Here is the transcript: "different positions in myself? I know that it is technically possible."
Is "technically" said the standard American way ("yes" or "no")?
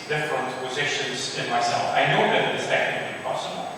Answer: no